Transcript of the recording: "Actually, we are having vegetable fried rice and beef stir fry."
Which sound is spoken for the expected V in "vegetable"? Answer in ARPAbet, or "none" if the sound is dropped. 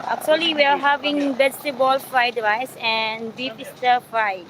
B